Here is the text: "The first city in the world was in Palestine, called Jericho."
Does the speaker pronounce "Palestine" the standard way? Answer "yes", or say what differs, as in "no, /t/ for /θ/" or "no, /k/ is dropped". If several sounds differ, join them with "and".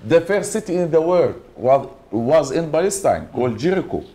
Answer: no, /b/ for /p/